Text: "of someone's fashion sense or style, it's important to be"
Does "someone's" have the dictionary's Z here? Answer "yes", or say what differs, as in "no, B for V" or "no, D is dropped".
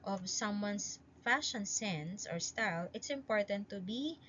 no, S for Z